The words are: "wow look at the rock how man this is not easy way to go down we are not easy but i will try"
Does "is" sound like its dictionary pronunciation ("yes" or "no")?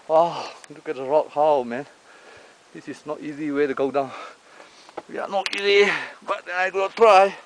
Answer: no